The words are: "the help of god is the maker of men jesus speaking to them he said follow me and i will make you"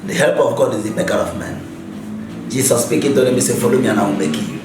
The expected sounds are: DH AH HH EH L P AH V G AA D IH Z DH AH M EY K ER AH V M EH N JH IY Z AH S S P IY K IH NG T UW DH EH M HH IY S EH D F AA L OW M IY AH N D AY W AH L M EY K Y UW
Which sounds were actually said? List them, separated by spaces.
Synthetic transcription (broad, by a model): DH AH HH EH L P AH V G AA D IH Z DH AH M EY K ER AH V M EH N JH IY S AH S S P IY K IH NG T UW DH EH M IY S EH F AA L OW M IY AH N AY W M EY K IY